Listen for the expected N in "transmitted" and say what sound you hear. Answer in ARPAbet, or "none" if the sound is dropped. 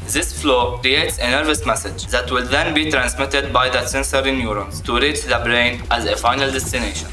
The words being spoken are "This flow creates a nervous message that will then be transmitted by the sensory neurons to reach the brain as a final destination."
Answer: N